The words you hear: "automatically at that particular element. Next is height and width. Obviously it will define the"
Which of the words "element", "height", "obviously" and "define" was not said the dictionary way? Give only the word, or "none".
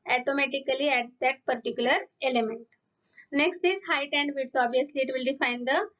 obviously